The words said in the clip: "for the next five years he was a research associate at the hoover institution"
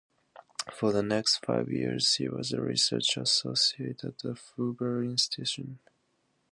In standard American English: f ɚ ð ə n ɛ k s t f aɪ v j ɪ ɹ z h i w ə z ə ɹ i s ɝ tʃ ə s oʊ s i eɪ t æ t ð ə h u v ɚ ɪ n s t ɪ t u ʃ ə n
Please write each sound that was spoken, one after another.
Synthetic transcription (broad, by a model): f ɚ ð ə n ɛ k s t f aɪ v j ɪ ɹ z h i w ə z ə ɹ i s ɝ tʃ ə s oʊ s i eɪ t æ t ð ə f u b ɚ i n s t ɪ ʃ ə n